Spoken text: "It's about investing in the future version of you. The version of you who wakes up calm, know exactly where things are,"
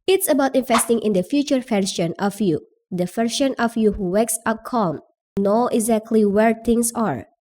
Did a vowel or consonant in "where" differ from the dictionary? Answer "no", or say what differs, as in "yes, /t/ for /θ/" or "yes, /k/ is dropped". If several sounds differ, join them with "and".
no